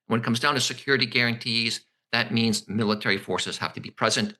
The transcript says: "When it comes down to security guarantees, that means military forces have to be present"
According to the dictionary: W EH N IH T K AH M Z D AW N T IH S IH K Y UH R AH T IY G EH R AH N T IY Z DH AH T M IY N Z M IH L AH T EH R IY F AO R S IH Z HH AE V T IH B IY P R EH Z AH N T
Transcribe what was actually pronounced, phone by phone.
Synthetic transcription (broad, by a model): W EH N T K AH M Z D AW N T IH S IH K Y UH R AH T IY G EH R AH N T IY Z DH AH T M IY N Z M IH L AH T EH R IY F AO R S IH Z HH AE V T IH B IY P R EH Z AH N T